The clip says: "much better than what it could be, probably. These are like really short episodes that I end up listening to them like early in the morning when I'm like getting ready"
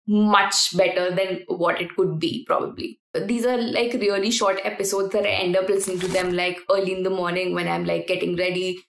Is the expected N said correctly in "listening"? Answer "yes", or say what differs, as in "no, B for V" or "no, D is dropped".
no, N is dropped